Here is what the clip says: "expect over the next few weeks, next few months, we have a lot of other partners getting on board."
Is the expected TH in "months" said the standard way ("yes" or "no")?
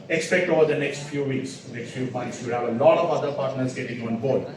no